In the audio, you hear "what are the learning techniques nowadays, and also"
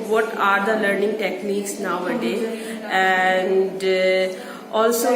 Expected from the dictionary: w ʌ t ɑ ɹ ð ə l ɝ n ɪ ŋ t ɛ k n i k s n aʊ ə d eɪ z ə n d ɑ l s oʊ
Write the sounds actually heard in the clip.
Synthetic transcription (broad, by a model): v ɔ t ɑ ɹ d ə l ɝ n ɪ ŋ t ɛ k n i k s n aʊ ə d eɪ ə n d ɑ l s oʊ